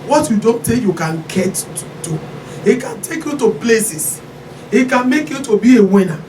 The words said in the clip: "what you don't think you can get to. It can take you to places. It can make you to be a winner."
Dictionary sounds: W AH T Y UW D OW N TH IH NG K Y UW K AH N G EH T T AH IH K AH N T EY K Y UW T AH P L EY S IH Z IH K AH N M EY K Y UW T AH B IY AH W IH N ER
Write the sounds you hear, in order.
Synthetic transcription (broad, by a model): W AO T Y UW D OW N T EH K Y UW K AH N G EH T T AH IH K AH N T EY K Y UW T AH P L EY S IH S IH K AH N M EY K Y UW T AH B IY AH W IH N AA